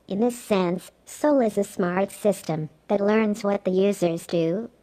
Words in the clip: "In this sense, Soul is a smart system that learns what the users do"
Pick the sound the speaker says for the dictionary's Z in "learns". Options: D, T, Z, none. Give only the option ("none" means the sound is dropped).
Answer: Z